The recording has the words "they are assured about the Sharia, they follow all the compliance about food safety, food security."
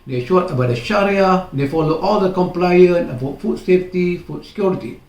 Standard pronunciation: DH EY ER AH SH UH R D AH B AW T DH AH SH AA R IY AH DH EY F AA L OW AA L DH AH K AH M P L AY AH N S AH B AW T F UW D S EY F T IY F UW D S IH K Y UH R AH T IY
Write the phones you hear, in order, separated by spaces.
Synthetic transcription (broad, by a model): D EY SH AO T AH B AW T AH SH AA R IY AH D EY F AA L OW AA L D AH K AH M P L AY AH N AH B AW T F UW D S EY F T IY F UW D S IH K Y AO R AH T IY